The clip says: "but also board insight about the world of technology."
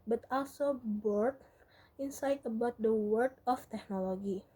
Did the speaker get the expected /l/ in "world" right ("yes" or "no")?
no